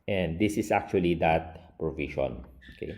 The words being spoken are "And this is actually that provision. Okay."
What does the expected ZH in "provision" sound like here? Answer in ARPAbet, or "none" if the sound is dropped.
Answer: SH